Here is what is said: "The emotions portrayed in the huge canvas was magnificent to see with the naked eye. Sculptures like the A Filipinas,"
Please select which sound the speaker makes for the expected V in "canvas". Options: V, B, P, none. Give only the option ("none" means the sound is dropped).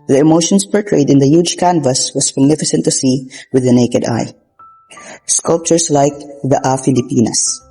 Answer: V